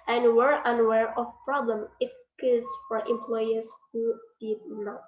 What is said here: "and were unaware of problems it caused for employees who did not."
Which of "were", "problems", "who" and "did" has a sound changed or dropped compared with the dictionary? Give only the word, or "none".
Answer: problems